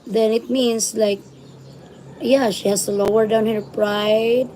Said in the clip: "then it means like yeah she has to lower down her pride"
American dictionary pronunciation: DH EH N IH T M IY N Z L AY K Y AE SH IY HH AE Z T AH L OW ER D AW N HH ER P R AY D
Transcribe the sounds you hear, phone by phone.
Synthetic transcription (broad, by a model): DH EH N IH T M IY N S L AY K Y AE SH IY HH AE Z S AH L OW ER D AW N HH ER P R AY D